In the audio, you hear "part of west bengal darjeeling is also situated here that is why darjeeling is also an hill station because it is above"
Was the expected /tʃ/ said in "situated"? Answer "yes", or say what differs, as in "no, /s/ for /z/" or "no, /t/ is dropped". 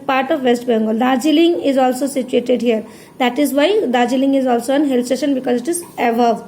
yes